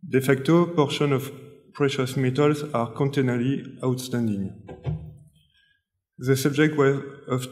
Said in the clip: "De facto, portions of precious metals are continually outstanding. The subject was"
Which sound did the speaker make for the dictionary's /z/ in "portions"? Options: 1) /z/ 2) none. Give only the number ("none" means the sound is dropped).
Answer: 2